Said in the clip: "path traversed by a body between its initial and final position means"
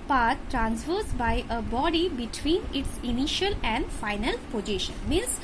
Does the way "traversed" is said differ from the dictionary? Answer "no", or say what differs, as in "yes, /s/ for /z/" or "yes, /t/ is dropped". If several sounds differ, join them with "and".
yes, /f/ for /v/